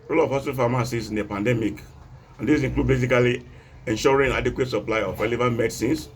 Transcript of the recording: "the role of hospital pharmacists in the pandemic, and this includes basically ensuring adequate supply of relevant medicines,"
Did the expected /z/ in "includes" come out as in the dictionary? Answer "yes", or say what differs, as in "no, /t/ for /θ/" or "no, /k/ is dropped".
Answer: no, /z/ is dropped